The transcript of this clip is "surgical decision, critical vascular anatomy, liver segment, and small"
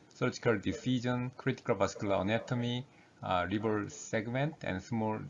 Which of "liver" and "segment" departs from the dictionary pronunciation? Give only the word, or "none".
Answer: liver